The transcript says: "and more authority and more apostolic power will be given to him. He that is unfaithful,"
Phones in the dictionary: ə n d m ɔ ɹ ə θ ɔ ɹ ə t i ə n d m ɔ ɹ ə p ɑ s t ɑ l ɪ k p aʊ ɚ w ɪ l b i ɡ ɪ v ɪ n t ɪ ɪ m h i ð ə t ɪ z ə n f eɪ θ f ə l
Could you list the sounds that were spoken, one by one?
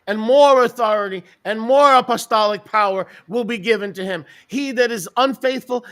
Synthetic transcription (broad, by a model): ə n m ɔ ɹ ə θ ɔ ɹ ə t i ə n m ɔ ɹ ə p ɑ s t ɑ l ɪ k p aʊ ɚ w ɪ l b i ɡ ɪ v ɪ n t ɪ ɪ m h i ð ə t ɪ z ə n f eɪ θ f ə l